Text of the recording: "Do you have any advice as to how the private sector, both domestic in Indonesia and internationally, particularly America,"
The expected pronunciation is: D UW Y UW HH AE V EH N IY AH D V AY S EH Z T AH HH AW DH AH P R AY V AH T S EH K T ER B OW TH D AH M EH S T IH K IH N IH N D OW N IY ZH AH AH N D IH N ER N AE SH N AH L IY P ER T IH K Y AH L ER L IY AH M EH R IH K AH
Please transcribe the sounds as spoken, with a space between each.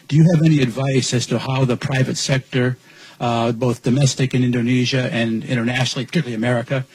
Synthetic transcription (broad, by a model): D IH Y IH V EH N IY AH D V AY S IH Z T AH HH AW DH AH P R AY V AH T S EH K T ER B OW TH D AH M EH S T IH K IH N IH N D OW N IY ZH AH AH N IH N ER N AE SH N L IY P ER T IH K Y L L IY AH M EH R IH K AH